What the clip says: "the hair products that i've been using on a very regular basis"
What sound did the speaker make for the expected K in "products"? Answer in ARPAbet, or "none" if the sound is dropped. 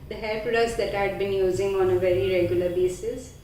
none